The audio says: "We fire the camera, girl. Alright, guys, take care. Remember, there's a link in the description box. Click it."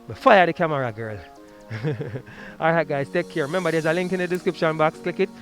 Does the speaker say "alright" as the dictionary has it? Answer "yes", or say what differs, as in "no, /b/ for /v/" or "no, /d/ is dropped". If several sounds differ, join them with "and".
no, /ɹ/ is dropped